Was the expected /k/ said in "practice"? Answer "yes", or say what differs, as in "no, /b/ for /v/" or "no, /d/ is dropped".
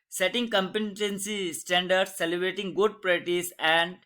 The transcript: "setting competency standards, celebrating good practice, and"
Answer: no, /k/ is dropped